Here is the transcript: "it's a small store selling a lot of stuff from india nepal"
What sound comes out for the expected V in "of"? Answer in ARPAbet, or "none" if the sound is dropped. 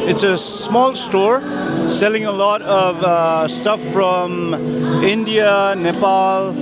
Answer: V